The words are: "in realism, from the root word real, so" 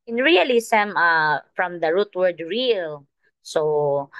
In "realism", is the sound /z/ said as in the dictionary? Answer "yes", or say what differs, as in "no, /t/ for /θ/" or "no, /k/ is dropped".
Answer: no, /s/ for /z/